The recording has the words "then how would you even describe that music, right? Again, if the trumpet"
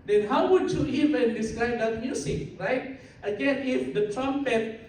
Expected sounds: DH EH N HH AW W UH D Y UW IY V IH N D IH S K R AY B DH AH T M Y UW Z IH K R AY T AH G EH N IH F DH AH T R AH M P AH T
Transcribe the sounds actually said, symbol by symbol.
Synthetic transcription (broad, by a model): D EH N HH AW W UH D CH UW IY V IH N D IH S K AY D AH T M Y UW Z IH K R AY T AH G EH N IH F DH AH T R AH M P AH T